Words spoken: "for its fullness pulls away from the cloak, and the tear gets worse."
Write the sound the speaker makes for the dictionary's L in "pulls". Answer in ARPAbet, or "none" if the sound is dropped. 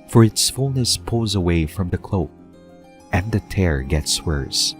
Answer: none